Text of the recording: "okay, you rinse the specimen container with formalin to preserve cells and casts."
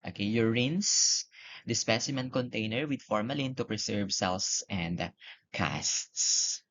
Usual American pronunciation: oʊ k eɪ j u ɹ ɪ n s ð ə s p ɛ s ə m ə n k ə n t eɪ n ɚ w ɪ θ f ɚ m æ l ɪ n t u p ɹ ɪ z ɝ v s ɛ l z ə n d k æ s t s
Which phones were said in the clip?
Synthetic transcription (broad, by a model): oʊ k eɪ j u ɹ ɪ n s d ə s p ɛ s ə m ə n k ə n t eɪ n ɚ w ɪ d f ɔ m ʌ l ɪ n t u p ɹ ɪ s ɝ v s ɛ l s ə n d k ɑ s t s